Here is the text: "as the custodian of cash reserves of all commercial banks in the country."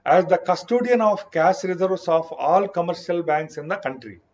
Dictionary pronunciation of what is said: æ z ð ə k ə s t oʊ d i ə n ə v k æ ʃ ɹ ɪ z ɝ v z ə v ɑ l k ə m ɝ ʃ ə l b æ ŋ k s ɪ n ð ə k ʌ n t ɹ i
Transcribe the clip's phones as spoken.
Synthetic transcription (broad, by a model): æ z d ə k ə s t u d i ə n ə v k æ s ɹ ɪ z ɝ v s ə f ɑ l k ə m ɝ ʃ ə l b æ ŋ k s ɪ n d ə k ʌ n t ɹ i